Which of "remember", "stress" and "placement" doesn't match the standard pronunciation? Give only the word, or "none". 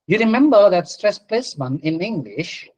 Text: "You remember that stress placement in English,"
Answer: placement